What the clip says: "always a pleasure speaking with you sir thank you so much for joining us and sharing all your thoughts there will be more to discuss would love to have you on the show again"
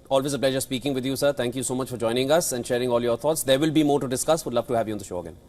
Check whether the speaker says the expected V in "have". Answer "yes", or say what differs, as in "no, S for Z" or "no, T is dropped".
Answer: yes